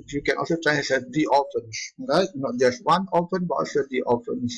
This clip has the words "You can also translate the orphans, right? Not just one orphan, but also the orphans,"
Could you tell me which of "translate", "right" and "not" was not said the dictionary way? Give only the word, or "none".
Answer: translate